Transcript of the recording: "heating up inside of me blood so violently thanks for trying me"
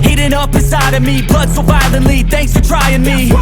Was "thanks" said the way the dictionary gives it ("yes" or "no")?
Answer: yes